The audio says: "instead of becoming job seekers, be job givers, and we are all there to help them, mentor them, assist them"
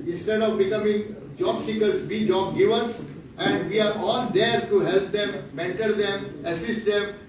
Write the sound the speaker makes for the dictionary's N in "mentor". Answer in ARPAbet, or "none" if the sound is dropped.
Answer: N